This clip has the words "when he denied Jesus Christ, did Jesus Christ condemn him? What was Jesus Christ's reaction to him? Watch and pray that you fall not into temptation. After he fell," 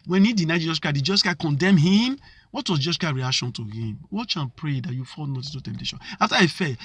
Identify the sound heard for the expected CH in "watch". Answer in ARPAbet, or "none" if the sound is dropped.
CH